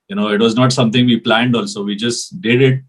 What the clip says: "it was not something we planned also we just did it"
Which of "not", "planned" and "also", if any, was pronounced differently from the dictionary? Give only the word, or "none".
none